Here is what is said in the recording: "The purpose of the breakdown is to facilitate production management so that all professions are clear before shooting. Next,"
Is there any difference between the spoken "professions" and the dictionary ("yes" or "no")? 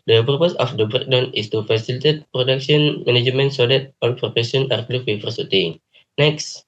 yes